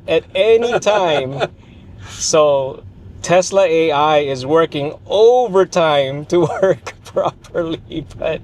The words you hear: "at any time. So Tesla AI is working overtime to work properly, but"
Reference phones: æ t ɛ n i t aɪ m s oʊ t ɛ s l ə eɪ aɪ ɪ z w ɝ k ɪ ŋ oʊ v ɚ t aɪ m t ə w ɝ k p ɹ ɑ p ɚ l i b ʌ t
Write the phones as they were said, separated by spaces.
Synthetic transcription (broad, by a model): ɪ t ɛ n i t aɪ m s oʊ t ɛ s l ə eɪ aɪ ɪ z w ɝ k ɪ ŋ oʊ v ɚ t aɪ m t ə w ɝ k p ɹ ɑ p ɚ l i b ʌ t